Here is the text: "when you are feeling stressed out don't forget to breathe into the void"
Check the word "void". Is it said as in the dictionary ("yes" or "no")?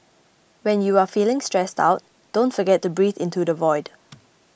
yes